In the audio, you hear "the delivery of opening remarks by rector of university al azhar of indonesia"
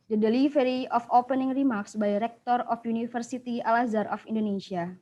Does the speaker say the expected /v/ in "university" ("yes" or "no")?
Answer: no